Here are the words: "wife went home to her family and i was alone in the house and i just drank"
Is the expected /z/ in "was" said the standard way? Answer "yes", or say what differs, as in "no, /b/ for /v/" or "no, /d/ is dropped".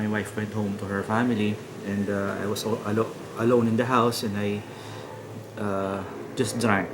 no, /s/ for /z/